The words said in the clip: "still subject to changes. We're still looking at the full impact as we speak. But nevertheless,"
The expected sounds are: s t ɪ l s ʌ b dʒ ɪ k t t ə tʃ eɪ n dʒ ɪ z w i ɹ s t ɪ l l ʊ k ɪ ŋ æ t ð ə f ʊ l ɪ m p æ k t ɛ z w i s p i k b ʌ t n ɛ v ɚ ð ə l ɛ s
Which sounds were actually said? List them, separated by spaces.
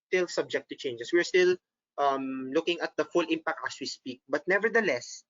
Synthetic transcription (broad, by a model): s t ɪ l s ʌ b dʒ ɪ k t t ə tʃ eɪ n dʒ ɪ s w i ɹ s t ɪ l l ʊ k ɪ ŋ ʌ t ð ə f ʊ l ɪ m p æ k t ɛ s w i s p i k b ʌ t n ɛ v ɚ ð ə l ɛ s